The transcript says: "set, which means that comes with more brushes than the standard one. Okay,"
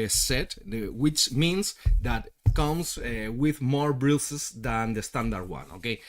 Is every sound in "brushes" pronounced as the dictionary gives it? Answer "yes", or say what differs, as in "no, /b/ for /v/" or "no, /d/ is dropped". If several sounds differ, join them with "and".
no, /s/ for /ʃ/